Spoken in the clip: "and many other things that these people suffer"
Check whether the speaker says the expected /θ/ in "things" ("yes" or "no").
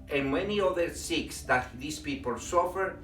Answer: no